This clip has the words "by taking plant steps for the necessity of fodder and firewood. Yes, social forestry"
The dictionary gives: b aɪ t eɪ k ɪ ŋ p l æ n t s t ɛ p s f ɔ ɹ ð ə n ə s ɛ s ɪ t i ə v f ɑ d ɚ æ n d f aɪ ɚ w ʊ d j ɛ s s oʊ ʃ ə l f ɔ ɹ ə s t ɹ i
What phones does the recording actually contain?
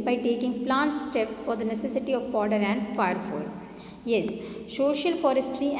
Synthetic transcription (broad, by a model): b aɪ t eɪ k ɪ ŋ p l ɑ n t s t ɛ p f ɔ ɹ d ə n ə s ɛ s ɪ t i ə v p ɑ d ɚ æ n d f aɪ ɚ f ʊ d j ɛ s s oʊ ʃ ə l f ɔ ɹ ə s t ɹ i